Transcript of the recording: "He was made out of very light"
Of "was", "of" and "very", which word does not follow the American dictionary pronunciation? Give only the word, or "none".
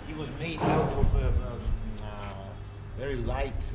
of